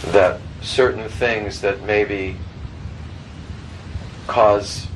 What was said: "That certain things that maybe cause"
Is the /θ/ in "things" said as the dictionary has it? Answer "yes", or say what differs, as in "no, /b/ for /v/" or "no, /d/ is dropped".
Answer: yes